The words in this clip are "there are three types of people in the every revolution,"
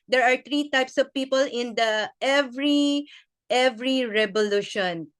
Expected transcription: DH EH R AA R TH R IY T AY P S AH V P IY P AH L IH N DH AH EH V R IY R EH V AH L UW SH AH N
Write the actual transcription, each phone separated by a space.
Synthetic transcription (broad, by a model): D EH R AA R T R IY T AY P S AH V P IY P AH L IH N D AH EH V R IY R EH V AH L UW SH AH N